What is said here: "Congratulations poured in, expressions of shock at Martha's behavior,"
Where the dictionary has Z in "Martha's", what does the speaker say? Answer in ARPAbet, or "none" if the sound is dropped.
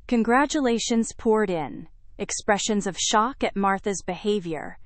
Z